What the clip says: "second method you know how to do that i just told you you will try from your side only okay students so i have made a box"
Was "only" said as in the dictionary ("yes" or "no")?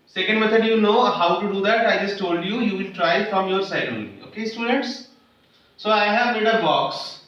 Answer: no